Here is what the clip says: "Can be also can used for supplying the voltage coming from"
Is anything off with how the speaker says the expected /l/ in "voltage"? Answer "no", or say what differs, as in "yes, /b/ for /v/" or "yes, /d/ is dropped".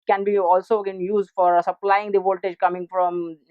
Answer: no